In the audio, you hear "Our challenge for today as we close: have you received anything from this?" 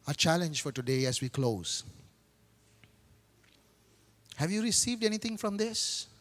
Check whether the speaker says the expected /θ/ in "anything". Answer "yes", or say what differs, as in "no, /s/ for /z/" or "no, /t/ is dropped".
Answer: no, /t/ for /θ/